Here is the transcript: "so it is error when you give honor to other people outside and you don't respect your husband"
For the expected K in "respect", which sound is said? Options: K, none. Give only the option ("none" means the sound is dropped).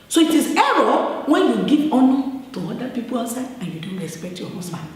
K